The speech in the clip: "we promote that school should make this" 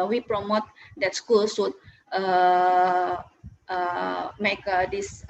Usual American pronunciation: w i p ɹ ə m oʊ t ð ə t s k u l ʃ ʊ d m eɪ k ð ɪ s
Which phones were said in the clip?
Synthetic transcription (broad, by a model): w i p ɹ ə m oʊ t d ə t s k u l s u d m eɪ k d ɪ s